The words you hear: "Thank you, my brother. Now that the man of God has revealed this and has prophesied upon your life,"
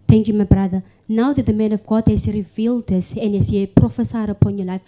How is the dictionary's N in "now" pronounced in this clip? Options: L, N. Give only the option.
N